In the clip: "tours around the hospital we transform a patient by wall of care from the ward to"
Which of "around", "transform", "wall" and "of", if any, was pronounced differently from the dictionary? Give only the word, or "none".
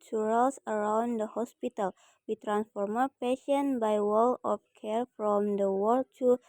of